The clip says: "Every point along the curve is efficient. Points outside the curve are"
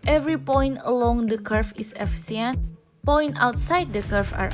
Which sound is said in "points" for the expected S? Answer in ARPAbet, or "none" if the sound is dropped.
none